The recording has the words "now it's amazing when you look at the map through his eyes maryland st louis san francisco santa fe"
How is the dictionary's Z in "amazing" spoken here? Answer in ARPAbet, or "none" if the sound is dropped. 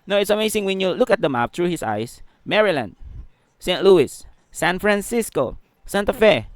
S